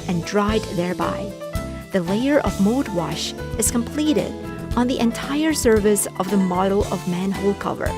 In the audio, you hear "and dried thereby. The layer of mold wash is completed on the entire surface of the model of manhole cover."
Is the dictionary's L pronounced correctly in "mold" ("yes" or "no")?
no